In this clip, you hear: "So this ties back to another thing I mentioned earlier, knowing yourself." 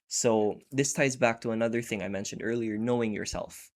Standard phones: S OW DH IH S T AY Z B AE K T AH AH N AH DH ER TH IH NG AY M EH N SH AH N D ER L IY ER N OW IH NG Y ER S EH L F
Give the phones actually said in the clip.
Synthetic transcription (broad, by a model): S OW DH IH S T AY Z B AE K T AH AH N AH DH ER TH IH NG AY M EH N SH AH N D ER L IY ER N OW IH NG Y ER S EH L F